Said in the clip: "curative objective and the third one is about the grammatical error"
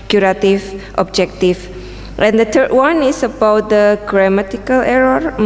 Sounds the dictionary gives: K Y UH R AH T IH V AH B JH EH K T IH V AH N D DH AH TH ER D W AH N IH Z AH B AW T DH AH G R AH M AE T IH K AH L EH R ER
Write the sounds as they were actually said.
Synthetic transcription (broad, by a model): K Y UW R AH T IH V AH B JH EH K T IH F AH N D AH T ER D W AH N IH S AH B AW T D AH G R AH M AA T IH K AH L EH R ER